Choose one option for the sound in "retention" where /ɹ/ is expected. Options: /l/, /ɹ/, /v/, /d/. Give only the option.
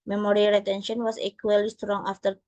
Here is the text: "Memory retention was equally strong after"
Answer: /l/